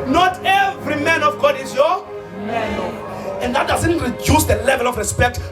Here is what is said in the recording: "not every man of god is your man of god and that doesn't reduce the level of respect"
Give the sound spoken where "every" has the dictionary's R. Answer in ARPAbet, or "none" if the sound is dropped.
R